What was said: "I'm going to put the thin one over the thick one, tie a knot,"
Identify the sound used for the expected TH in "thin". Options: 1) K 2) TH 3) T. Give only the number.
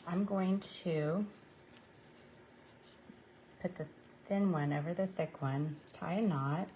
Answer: 2